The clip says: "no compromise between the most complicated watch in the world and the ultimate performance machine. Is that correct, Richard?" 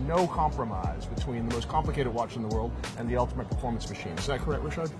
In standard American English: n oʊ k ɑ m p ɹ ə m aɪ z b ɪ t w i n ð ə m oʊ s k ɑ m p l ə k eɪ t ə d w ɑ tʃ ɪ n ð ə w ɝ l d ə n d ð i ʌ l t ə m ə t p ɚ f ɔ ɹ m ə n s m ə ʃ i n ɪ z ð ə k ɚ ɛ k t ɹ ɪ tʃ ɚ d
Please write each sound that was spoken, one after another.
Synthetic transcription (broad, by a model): n oʊ k ɑ m p ɹ ə m aɪ z b ɪ t w i n ð ə m oʊ s k ɑ m p l ə k eɪ t ə d w ɑ tʃ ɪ n ð ə w ɝ l d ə n ð i ʌ l t ə m ə t p ɚ f ɔ ɹ m ə n s m ə ʃ i n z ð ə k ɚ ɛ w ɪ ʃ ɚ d